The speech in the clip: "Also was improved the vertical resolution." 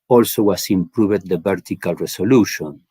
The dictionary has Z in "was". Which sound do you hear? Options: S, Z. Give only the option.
S